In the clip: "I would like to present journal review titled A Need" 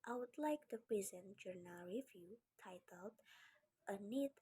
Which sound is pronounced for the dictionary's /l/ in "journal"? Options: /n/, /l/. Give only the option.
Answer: /l/